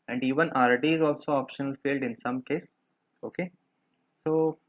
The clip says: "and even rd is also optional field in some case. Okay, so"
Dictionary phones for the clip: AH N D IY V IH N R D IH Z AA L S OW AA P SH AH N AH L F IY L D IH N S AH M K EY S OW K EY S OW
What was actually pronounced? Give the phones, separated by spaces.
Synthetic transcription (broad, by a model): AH N D IY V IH N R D IH Z AA L S OW AA P SH AH N AH L F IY L D IH N S AH M K EY S OW K EY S OW